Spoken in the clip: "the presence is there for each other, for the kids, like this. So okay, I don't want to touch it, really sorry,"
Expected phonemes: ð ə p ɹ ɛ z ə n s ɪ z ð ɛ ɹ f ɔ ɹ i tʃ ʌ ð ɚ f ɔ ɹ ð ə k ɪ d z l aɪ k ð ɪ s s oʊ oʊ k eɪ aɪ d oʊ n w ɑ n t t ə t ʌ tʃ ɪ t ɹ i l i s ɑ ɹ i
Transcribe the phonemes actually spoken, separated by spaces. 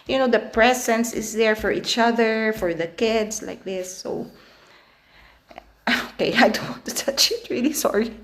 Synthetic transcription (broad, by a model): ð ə p ɹ ɛ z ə n s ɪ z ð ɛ ɹ f ɔ ɹ i tʃ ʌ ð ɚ f ɔ ɹ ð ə k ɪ d s l aɪ k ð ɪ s s oʊ oʊ k eɪ aɪ d oʊ n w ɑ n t t ə t ʌ tʃ ɪ t ɹ i l i s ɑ ɹ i